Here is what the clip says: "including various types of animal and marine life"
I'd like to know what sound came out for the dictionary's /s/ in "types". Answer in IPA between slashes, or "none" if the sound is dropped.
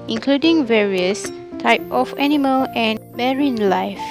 none